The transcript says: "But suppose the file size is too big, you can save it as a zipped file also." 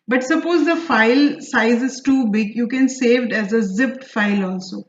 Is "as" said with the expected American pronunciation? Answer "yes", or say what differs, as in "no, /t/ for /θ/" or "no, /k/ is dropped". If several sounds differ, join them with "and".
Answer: yes